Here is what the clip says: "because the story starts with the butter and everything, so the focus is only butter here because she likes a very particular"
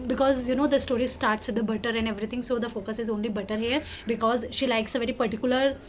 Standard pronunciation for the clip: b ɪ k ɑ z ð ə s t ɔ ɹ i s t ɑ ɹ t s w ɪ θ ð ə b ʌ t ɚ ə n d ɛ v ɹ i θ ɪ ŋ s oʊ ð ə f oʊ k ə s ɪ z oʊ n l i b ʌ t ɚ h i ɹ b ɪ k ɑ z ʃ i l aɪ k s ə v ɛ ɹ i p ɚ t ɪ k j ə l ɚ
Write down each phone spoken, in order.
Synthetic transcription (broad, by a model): b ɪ k ɑ z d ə s t ɔ ɹ i s t ɑ ɹ t s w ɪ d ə b ʌ t ɚ ə n d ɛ v ɹ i t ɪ ŋ s oʊ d ə f oʊ k ə s ɪ z oʊ n l i b ʌ t ɚ h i ɹ b ɪ k ɑ z ʃ i l aɪ k s ə v ɛ ɹ i p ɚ t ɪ k j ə l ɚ